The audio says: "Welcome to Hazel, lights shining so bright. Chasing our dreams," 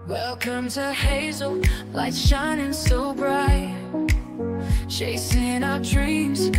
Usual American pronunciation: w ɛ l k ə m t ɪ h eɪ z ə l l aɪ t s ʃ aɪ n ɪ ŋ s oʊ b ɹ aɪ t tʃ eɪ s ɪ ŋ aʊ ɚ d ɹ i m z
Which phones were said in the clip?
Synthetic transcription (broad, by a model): w ɛ l k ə m t ɪ h eɪ z l l aɪ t ʃ aɪ n ɪ ŋ s oʊ b ɹ aɪ t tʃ eɪ s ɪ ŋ aʊ ɚ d ɹ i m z